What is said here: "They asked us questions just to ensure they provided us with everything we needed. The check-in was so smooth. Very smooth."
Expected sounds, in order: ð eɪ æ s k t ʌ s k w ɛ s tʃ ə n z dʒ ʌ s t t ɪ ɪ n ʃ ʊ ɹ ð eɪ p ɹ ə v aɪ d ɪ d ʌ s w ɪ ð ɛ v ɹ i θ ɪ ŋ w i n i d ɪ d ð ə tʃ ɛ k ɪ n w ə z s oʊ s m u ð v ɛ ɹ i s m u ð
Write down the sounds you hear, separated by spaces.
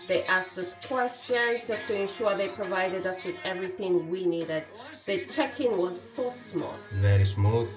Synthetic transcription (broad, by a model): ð eɪ æ s k t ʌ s k w ɛ s tʃ ə n z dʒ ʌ s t t ɪ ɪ n ʃ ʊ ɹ ð eɪ p ɹ ə v aɪ d ɪ d ʌ s w ɪ ð ɛ v ɹ i θ ɪ ŋ w i n i d ɪ d ð ə tʃ ɛ k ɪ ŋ w ə z s oʊ s m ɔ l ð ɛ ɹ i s m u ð